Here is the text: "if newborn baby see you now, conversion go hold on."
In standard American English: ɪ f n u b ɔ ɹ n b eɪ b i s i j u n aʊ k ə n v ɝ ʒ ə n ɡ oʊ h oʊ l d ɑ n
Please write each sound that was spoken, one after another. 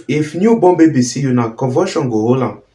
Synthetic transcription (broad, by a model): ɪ f n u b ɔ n b eɪ b i s i j u n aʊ k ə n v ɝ ʃ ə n ɡ oʊ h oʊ l ɑ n